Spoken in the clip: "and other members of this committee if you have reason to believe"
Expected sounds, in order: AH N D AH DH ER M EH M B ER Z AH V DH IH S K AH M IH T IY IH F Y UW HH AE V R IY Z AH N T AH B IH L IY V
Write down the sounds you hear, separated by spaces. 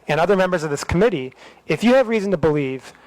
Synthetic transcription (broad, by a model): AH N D AH DH ER M EH M B ER Z AH V DH IH S K AH M IH T IY IH F Y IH V R IY Z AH N T AH B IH L IY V